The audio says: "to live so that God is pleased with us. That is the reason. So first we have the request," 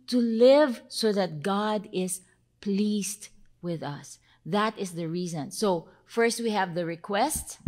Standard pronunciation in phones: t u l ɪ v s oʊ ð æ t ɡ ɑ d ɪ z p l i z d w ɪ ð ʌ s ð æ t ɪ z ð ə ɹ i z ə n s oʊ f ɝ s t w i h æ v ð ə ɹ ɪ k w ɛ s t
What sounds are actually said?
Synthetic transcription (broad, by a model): t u l ɪ v s oʊ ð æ t ɡ ɑ d ɪ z p l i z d w ɪ ð ʌ s ð æ t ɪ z ð ə ɹ i z ə n s oʊ f ɝ s t w i h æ v ð ə ɹ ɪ k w ɛ s t